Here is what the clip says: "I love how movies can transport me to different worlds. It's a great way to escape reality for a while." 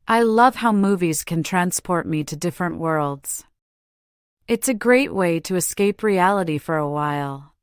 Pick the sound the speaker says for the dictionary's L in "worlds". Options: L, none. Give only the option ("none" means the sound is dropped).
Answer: L